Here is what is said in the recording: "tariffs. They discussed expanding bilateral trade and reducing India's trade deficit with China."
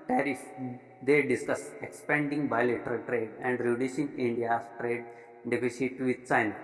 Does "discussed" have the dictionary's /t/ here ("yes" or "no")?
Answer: no